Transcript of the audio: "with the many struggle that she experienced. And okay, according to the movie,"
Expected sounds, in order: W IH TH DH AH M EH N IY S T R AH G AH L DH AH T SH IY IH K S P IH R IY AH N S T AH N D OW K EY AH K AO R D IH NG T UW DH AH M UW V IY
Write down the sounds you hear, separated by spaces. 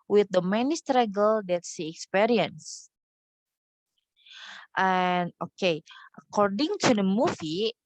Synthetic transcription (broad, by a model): W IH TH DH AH M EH N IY S T R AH G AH L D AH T S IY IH K S P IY R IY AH N S T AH N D OW K EY AH K AO R D IH NG T UW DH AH M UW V IY